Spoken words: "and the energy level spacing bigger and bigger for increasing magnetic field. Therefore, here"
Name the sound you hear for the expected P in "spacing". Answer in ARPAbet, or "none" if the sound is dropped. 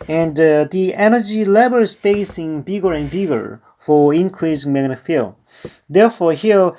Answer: B